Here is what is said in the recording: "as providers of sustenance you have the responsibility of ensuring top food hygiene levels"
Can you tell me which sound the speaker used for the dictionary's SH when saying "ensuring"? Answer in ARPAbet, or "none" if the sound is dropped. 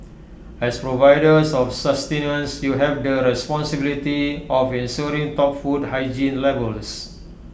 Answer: S